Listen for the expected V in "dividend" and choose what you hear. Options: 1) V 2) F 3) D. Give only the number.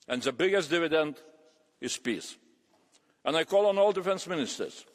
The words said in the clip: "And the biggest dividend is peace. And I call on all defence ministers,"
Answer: 1